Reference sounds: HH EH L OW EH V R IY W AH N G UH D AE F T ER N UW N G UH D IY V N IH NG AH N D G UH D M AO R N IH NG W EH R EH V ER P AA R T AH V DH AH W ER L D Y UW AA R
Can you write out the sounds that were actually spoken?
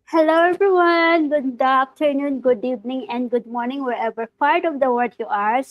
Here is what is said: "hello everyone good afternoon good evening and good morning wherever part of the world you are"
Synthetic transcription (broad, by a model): HH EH L OW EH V R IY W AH N G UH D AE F T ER N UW N G UH D IY V N IH NG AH N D G UH D M AO R N IH NG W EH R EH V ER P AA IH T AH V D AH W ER D Y UW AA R